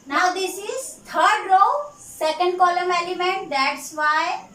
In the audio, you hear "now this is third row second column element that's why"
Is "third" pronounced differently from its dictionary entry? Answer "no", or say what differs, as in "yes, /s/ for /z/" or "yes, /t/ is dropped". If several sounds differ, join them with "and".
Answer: yes, /t/ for /θ/